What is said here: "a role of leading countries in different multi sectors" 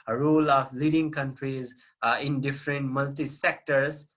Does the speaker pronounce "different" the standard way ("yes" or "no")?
yes